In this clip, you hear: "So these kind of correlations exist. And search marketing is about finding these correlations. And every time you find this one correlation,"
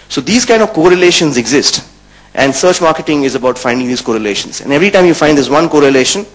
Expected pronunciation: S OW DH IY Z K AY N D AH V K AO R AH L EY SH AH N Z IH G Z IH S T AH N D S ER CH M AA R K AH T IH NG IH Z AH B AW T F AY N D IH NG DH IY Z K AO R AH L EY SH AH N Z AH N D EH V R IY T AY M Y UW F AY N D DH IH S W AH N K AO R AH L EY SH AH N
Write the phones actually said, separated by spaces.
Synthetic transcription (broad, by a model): S OW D IY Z K AY N D AH V K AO R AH L EY SH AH N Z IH G Z IH S T AH N D S ER CH M AA R K AH T IH NG IH Z AH B AW T F AY N D IH NG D IY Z K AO R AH L EY SH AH N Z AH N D EH V R IY T AY M Y UW F AY D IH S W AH N K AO R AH L EY SH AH N